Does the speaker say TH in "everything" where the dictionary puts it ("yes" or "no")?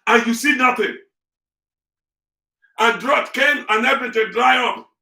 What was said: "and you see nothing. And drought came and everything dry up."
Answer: no